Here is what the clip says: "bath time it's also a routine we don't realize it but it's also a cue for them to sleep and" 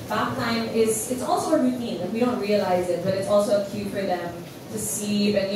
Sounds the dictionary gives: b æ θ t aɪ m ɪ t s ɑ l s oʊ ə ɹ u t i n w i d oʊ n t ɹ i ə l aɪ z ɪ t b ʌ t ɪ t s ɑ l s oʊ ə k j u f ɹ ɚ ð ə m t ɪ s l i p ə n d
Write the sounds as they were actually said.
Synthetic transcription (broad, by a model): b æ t aɪ m ɪ t s ɑ l s oʊ ə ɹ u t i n w i d oʊ n t ɹ i ə l aɪ z ɪ t b ʌ t ɪ t s ɑ l s oʊ ə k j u p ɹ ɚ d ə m t ɪ s i ə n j